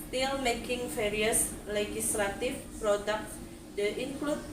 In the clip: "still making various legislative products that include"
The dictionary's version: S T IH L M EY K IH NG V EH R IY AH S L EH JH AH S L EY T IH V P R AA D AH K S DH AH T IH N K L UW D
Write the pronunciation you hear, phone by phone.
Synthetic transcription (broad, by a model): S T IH L M EY K IH NG F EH R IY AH S L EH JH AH S L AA T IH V P R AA D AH K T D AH T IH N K L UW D